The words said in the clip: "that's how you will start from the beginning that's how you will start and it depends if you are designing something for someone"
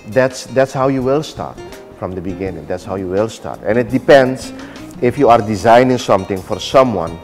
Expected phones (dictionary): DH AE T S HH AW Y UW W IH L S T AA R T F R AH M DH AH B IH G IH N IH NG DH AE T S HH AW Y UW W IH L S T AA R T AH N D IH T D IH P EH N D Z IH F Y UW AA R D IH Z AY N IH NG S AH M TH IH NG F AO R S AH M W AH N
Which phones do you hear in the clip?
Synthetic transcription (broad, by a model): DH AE T S HH AW Y UW W IH L S T AA R T F R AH M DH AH B IH G IH N IH NG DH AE T S HH AW Y UW W IH L S T AA R T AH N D IH T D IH P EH N D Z IH F Y UW AA R D IH Z AY N IH NG S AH M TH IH NG F AO R S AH M W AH N